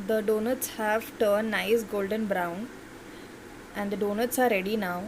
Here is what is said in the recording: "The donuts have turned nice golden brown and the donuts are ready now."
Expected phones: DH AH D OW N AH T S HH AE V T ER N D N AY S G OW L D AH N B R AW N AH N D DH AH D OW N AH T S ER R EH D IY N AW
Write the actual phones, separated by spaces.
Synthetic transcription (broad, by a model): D AH D OW N AH T S HH AE V T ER D N AY S G OW L D AH N B R AW N AH N D AH D OW N AH T S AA R EH D IY N AW